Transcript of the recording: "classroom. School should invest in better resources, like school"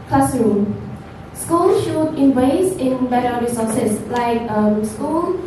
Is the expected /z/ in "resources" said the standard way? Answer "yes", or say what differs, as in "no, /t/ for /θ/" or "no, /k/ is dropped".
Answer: no, /s/ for /z/